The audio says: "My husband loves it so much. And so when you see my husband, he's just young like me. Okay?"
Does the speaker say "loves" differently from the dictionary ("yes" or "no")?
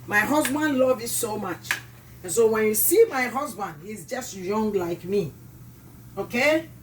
yes